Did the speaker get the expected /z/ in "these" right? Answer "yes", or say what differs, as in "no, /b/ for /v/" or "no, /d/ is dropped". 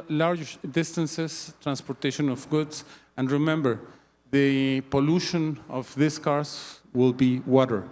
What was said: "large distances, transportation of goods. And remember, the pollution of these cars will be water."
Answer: no, /s/ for /z/